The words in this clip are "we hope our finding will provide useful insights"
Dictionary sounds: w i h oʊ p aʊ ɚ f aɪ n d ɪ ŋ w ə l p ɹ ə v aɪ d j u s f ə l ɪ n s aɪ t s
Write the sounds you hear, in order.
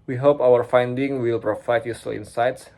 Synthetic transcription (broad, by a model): w i h oʊ p aʊ ɚ f aɪ n d ɪ ŋ w ə l p ɹ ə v aɪ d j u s ə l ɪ n s aɪ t s